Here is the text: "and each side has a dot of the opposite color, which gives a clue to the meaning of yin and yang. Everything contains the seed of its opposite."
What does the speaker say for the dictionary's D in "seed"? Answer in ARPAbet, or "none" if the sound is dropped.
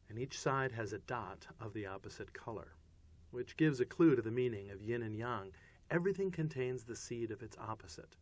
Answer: D